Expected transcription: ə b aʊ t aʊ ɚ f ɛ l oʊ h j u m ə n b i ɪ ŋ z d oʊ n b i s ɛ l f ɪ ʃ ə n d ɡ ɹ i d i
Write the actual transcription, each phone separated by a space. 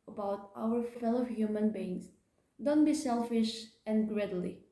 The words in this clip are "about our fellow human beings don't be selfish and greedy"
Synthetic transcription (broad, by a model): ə b aʊ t aʊ ɚ f ɛ l oʊ h j u m ə n b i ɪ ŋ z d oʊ n b i s ɛ l f ɪ ʃ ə n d ɡ ɹ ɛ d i